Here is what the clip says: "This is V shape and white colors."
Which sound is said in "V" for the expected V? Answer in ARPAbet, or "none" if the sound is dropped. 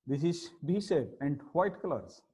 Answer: B